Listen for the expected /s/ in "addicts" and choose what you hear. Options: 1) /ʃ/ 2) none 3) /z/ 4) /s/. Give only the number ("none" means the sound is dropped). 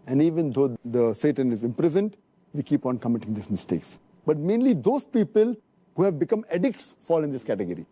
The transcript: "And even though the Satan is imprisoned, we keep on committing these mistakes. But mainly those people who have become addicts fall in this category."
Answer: 4